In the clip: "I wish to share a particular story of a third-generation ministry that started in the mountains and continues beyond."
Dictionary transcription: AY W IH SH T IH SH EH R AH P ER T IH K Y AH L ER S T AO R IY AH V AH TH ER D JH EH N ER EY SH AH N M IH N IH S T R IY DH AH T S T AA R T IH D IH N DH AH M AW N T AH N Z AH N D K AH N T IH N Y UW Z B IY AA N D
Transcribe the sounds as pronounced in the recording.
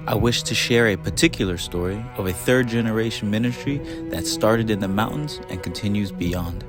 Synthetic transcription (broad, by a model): AY W IH SH T IH SH EH R AH P ER T IH K Y L ER S T AO R IY AH V AH TH ER D JH EH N ER EY SH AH N M IH N IH S T R IY DH AH T S T AA R T IH D IH N DH AH M AW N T N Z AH N K N T IH N Y UW Z B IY AA N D